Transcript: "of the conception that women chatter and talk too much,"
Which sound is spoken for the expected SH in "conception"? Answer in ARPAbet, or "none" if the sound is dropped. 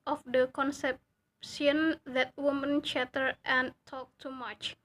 S